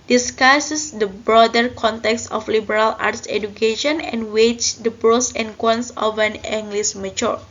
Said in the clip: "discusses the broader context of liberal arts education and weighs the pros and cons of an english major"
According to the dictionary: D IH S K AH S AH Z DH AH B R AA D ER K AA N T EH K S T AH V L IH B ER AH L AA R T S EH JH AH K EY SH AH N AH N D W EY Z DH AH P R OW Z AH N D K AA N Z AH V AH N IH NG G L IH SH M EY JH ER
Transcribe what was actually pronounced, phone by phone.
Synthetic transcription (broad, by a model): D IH S K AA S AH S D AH B R AA D ER K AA N T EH K S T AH F L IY B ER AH L AA R T S EH JH AH K EY SH AH N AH N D W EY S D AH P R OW S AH N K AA N S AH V AH N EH NG G L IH S M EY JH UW